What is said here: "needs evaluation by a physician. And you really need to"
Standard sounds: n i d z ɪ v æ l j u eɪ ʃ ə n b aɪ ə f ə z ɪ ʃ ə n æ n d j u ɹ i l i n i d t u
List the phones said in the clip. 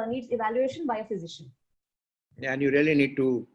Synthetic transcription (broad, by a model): n i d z ɪ v æ l j u eɪ ʃ ə n b aɪ ə f ə z ɪ ʃ ə n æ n j u ɹ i l i n i d t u